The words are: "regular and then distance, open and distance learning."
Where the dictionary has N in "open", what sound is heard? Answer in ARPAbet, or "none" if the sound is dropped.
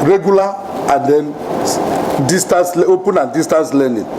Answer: N